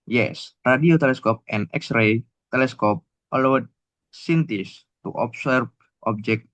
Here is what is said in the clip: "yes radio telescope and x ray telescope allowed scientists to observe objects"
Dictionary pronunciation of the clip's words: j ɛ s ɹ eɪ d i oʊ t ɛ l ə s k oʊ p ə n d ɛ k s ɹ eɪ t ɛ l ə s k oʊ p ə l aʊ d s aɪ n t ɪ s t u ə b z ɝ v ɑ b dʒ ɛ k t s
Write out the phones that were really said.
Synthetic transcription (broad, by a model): j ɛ s ɹ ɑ d i oʊ t ɛ l ə s k oʊ p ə n ɛ k s ɹ eɪ t ɛ l ə s k oʊ p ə l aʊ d s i n t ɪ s t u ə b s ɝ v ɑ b dʒ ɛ k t